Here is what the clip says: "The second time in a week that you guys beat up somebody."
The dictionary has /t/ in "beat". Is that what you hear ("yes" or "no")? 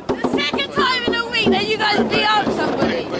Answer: no